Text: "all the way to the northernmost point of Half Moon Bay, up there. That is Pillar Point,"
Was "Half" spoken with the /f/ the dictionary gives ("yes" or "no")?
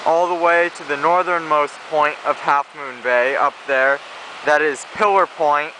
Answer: yes